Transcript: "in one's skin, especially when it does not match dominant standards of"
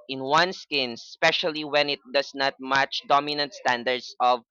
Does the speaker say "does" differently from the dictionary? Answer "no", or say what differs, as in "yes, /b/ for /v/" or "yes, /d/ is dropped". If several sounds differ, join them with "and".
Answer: yes, /s/ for /z/